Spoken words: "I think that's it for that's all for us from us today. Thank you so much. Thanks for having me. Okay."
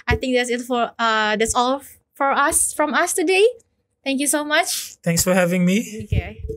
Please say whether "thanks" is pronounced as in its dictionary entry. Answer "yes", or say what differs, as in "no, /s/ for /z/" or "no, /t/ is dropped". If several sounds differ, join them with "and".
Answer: no, /t/ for /θ/